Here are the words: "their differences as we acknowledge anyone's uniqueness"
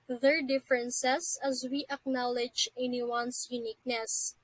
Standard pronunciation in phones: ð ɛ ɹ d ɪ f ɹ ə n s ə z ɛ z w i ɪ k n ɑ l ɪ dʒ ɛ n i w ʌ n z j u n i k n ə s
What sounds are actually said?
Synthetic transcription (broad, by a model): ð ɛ ɹ d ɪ f ɹ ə n s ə s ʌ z w i ɪ k n ɑ l ɪ dʒ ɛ n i w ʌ n s j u n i k n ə s